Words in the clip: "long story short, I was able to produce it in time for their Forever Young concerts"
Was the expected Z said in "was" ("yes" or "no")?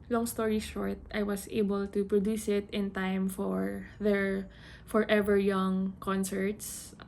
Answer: no